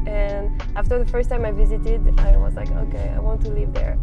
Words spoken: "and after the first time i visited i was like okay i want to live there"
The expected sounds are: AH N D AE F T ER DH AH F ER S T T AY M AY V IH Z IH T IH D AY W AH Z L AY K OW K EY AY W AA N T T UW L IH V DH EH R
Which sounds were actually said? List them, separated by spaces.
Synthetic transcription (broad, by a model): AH N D AE F T ER DH AH F ER S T T AY M AY V IH Z IH T IH D AY W AH Z L AY K OW K EY AY W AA N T T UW L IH V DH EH R